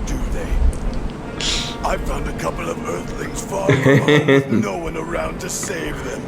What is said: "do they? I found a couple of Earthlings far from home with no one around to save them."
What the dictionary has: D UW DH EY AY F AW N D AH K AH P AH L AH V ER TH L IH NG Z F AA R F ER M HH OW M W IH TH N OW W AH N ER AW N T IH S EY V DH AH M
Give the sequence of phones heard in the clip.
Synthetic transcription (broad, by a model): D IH DH EY AY F AW N D AH K AH P L AH V ER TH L IH NG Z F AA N OW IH W AH N ER AW N T IH S EY V DH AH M